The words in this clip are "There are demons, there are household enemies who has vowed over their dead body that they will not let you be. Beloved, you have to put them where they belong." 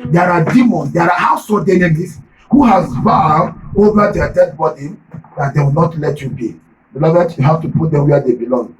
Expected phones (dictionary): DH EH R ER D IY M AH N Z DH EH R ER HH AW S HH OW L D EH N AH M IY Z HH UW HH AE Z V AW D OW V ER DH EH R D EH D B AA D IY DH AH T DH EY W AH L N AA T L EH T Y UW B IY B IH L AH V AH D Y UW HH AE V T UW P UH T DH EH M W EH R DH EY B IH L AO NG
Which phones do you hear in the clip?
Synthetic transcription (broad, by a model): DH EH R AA D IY M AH N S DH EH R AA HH AW S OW D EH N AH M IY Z HH UW HH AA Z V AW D OW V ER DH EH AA D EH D B AA D IY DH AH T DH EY W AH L N AA T L EH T Y UW B IY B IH L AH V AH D Y UW HH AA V T UW P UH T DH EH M W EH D EY B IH L AO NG